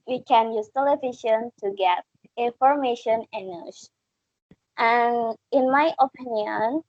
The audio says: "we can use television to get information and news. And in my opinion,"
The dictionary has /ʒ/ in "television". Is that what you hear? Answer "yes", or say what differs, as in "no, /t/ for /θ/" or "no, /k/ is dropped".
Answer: no, /ʃ/ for /ʒ/